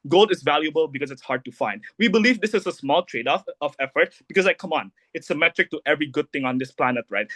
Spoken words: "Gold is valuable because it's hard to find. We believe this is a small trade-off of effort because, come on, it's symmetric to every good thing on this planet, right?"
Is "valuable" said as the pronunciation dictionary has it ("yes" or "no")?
yes